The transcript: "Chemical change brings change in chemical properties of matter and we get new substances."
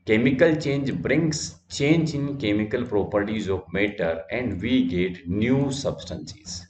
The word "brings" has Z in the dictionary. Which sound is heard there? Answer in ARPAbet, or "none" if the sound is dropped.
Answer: S